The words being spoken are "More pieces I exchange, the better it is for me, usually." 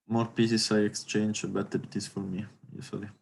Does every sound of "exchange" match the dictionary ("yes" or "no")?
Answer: yes